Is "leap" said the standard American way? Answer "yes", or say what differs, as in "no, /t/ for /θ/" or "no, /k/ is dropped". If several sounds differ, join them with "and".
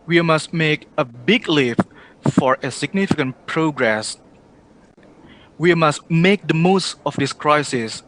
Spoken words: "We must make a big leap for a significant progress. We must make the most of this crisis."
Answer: no, /f/ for /p/